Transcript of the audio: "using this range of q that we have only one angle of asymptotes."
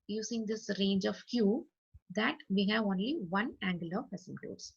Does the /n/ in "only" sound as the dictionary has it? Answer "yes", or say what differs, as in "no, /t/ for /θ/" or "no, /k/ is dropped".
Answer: yes